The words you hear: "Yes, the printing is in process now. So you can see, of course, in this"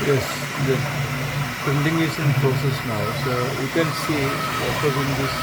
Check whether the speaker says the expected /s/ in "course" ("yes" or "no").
no